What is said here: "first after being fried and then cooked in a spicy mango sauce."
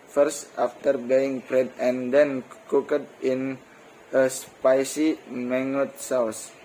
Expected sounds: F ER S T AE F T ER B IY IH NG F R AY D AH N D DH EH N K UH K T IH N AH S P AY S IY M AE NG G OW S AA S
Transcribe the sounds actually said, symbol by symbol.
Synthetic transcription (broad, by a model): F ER S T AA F T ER B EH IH NG P R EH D AH N D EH N K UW K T IH N AH S P AY S IY M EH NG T S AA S